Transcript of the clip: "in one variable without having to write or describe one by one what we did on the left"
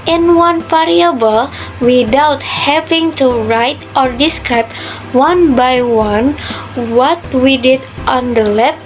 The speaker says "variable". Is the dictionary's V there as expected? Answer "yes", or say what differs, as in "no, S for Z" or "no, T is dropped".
no, F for V